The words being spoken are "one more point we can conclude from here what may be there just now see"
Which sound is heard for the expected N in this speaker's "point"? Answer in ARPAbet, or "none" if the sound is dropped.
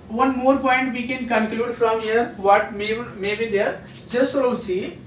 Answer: N